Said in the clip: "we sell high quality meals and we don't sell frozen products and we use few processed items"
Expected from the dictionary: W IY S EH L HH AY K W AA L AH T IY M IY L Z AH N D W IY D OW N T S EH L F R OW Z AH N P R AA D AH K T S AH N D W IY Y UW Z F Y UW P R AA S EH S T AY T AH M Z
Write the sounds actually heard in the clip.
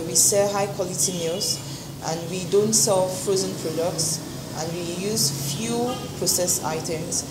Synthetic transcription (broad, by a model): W IY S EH HH AY K W AA L AH T IY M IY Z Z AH N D W IY D OW N T S EH L F R OW Z AH N P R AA D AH K T S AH N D W IY Y UW Z F Y UW P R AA S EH S AY T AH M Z